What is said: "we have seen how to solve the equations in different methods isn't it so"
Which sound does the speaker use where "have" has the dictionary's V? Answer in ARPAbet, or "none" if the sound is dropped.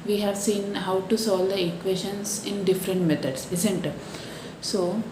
V